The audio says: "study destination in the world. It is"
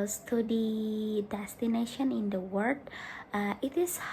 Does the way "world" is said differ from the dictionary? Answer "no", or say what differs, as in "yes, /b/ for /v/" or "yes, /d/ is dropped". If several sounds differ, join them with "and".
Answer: yes, /l/ is dropped